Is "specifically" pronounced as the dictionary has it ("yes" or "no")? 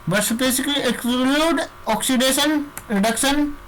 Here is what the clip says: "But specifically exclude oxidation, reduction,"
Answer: no